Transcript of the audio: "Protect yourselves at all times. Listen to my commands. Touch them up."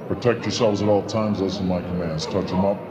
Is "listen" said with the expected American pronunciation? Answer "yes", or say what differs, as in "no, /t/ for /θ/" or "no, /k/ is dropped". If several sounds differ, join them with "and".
no, /s/ is dropped